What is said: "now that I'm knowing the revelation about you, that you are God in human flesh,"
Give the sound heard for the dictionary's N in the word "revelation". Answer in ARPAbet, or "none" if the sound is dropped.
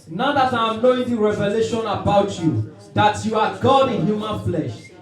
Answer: N